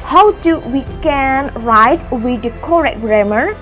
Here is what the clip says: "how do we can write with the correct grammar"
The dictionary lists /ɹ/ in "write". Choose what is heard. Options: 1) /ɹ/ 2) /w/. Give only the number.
1